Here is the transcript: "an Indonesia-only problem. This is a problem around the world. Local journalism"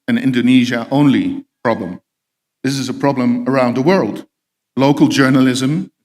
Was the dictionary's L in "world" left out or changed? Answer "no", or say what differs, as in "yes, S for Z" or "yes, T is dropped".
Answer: no